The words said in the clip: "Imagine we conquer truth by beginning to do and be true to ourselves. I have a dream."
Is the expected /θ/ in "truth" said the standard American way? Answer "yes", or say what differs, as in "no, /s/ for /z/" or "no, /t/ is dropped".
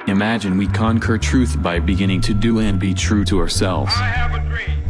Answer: yes